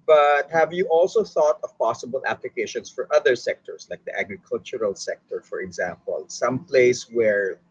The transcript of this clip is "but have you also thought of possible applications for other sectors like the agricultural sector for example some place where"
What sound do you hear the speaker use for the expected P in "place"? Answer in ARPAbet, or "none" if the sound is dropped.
P